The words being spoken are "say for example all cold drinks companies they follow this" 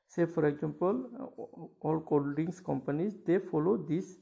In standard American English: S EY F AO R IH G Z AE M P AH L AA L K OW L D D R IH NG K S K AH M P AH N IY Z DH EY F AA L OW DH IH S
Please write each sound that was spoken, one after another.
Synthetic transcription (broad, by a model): S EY F AO R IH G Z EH M P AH L AA L K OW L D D IH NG S K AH M P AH N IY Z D EY F AA L OW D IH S